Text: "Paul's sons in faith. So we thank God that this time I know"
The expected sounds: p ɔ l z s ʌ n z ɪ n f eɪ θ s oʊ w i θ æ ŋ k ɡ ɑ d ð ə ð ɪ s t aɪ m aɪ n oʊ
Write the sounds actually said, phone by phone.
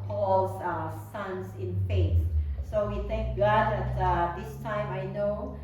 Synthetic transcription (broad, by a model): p ɔ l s s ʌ n s ɪ n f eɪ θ s oʊ w i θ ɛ ŋ k ɡ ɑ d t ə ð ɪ s t aɪ m aɪ n oʊ